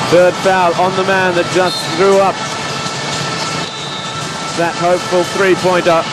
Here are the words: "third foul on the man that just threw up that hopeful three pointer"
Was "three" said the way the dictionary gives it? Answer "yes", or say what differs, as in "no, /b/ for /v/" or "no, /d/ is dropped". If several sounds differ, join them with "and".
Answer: yes